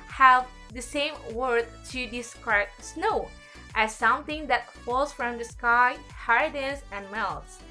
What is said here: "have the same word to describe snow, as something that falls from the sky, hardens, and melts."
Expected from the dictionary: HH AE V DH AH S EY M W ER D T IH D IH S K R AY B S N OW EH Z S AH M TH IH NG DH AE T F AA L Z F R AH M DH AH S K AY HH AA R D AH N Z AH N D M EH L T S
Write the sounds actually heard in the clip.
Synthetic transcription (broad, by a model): HH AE V DH AH S EY M W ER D T IH D IH S K R AY B S N OW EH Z S AH M TH IH NG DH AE T F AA L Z F R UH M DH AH S K AY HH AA R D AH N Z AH N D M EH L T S